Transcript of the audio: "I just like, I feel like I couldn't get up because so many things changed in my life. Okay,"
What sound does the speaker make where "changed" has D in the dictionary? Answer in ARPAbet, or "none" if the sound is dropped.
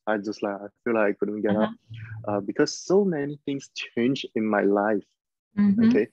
none